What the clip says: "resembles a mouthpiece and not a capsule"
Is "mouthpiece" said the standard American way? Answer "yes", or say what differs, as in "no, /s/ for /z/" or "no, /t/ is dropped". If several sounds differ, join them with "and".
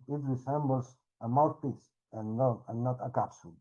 no, /t/ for /θ/